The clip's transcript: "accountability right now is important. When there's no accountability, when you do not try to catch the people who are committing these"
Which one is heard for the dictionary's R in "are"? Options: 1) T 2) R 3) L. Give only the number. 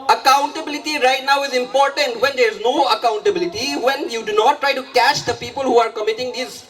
2